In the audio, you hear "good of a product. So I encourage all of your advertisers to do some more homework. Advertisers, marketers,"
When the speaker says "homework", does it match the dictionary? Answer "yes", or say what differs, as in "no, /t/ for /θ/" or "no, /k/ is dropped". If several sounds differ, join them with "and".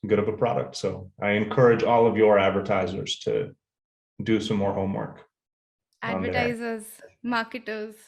yes